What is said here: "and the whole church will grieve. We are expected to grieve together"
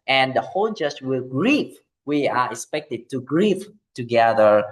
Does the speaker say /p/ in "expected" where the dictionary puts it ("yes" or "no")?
yes